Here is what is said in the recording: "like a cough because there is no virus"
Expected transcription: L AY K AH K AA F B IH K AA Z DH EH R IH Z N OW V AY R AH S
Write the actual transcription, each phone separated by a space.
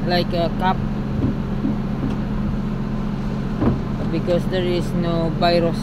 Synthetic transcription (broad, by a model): L AY K AH K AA P B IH K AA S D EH R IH S N OW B AY R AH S